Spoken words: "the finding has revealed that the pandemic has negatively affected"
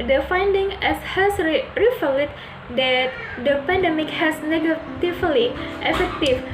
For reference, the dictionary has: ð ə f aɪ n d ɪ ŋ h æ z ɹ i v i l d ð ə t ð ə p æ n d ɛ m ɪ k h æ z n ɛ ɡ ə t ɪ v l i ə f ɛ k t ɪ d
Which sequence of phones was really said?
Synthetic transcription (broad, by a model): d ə f aɪ n d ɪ ŋ h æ s ɹ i f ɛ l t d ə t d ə p æ n d ɛ m ɪ k h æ s n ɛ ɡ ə t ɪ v l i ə f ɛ k t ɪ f